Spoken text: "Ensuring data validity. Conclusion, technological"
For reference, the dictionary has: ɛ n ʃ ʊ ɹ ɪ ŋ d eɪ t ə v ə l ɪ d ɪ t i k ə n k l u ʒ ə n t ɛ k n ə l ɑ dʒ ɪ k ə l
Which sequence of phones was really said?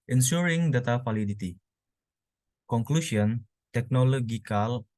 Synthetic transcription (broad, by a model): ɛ n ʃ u ɹ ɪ ŋ d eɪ t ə f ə l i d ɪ t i k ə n k l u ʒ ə n t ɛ k n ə l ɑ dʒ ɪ k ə l